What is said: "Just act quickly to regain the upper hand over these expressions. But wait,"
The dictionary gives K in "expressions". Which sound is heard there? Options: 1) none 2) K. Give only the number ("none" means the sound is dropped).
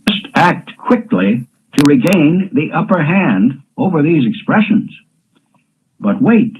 2